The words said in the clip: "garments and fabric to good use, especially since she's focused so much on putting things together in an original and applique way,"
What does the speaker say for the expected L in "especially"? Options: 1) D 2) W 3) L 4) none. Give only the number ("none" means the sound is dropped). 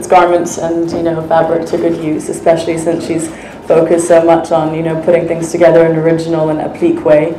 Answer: 3